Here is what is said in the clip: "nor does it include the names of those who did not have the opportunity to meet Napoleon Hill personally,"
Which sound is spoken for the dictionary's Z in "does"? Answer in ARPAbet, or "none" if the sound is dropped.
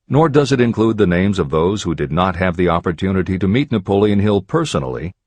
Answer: Z